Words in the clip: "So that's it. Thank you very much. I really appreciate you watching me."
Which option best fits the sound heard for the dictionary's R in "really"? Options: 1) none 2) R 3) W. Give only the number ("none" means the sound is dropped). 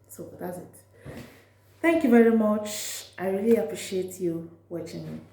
2